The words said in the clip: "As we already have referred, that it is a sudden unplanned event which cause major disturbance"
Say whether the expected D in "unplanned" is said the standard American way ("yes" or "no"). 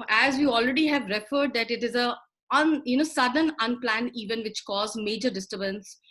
no